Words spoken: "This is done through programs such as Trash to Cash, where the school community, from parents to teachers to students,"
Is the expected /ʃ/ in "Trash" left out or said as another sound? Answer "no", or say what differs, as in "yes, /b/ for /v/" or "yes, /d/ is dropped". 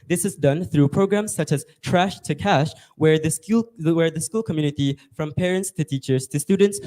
no